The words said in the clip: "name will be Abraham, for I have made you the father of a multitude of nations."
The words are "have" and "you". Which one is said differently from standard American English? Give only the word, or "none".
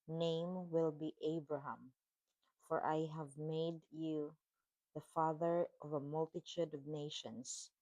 none